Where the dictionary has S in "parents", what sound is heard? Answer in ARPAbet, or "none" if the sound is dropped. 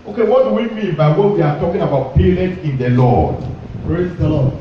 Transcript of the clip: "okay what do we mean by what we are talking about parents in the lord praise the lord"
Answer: none